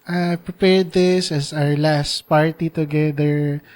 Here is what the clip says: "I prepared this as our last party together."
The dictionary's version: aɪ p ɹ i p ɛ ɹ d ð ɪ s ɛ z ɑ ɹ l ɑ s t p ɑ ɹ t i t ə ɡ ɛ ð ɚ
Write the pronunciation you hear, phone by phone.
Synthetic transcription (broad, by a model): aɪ p ɹ i p ɛ ɹ d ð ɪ s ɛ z ɑ ɹ l ɑ s t p ɑ ɹ t i t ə ɡ ɛ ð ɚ